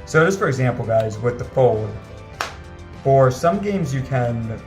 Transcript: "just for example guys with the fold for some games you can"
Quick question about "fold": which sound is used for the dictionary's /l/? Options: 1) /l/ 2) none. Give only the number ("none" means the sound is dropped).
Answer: 1